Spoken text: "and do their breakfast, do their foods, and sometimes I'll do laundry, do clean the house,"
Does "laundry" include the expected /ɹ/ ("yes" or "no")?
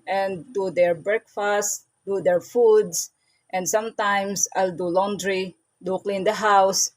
yes